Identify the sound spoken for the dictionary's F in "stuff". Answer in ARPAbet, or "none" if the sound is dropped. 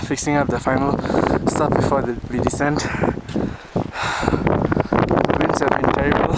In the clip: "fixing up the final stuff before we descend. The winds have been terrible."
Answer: P